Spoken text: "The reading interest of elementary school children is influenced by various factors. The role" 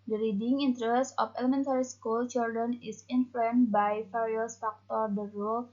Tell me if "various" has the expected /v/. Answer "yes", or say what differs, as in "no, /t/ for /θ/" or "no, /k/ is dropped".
no, /f/ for /v/